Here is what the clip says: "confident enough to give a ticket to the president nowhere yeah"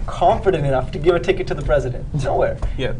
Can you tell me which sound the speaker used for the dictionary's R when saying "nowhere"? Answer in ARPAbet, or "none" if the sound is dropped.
R